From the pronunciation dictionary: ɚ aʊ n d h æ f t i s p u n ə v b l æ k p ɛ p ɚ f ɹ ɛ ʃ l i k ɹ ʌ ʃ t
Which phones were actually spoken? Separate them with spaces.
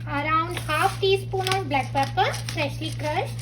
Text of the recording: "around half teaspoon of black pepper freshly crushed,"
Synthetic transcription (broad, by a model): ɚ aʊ n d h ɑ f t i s p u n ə b l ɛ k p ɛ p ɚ p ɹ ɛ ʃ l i k ɹ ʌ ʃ